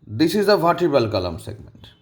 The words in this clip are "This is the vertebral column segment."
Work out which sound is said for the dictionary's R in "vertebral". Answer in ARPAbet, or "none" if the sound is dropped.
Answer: none